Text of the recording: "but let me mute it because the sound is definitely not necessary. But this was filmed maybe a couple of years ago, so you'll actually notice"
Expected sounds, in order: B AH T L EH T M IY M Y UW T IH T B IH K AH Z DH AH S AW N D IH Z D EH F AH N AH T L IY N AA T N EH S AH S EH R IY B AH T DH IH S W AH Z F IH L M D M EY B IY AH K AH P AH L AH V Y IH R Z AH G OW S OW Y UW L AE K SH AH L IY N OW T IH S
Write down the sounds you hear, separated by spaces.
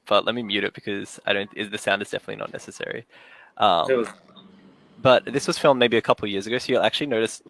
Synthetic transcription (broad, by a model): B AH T L EH T M IY M Y UW T IH T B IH K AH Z DH AH S AW N D IH Z D EH F AH N AH T L IY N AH T N EH S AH S EH R IY B AH T DH IH S W AH Z F IH L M M EY B IY AH K AH P L Y IH R Z AH G OW S OW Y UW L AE K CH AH L IY N OW T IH S